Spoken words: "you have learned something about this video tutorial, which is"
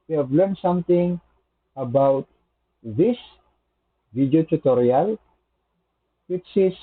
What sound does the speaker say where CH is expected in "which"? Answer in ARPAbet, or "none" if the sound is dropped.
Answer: S